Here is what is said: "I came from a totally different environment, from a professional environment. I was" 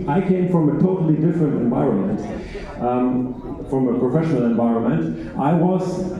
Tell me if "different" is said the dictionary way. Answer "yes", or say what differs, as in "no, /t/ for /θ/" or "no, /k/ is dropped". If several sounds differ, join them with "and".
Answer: yes